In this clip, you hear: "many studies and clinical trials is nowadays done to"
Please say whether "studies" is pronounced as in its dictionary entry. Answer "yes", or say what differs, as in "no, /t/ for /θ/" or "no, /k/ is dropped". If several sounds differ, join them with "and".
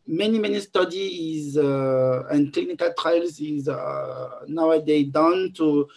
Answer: yes